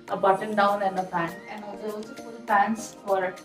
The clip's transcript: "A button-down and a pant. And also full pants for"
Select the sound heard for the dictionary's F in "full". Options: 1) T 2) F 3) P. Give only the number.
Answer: 3